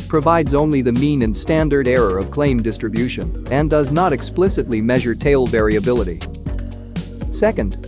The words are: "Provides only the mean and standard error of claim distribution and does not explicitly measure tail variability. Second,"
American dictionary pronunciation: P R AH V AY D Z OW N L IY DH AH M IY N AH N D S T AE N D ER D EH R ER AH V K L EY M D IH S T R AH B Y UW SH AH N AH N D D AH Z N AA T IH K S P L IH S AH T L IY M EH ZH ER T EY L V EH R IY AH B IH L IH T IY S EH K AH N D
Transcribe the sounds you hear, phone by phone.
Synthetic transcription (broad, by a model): P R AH V AY D Z OW N L IY DH AH M IY N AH N S T AE N D ER D EH R ER AH V K L EY M D IH S T R AH B Y UW SH AH N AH N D D AH Z N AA T IH K S P L IH S AH T L IY M EH ZH ER T EY L V EH R IY AH B IH L IH T IY S EH K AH N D